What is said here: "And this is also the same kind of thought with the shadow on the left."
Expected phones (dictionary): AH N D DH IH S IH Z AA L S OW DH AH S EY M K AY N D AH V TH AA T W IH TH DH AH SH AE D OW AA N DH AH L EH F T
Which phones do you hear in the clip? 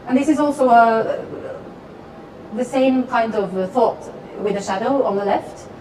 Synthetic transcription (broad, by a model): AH N DH IH S IH Z AA L S OW DH AH S EY M K AY N D AH V TH AA T W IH DH AH SH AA D OW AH N DH AH L EH F T